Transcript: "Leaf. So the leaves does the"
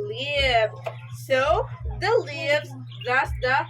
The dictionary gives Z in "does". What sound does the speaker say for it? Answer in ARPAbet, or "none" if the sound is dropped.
S